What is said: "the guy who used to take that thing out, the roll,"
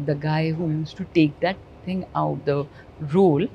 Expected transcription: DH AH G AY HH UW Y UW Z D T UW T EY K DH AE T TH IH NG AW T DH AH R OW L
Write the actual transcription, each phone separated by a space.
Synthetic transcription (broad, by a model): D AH G AY HH UW Y UW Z T UW T EY K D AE T T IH NG AW T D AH R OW L